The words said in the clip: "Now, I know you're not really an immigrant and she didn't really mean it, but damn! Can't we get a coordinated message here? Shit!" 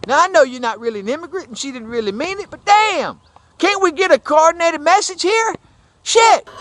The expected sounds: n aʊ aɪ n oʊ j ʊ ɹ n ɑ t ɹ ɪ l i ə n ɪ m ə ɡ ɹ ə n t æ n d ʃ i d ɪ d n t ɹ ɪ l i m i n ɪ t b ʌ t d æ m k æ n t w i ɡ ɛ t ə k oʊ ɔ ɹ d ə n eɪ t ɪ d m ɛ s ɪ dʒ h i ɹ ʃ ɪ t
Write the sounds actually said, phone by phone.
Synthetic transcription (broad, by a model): n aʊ aɪ n oʊ j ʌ ɹ n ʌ t ɹ ɪ l i ə n ɪ m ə ɡ ɹ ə t n ʃ i d ɪ d n t ɹ ɪ l i m i n ɪ t b ʌ t d æ m k æ n t w i ɡ ɛ t ə k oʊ ɔ ɹ d n eɪ t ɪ d m ɛ s ɪ dʒ h i ɹ ʃ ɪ t